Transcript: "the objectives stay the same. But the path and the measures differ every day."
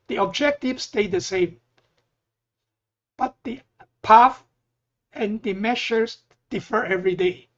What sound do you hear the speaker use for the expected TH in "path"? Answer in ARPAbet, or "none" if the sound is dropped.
F